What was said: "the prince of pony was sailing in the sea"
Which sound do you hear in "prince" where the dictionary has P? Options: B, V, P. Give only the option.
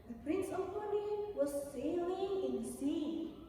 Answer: P